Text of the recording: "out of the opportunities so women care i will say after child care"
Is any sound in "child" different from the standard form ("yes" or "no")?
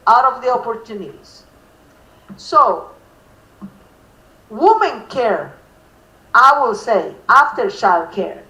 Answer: yes